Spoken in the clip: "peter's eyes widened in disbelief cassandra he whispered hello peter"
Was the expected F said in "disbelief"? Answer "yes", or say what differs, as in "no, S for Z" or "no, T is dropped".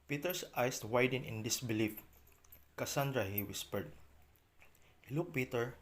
yes